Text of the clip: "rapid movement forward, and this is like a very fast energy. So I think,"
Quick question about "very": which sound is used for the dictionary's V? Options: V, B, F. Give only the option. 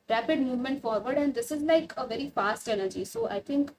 V